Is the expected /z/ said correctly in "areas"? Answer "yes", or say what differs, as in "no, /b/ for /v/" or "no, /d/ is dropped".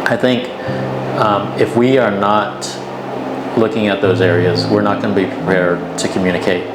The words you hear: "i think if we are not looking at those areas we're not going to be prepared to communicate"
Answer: yes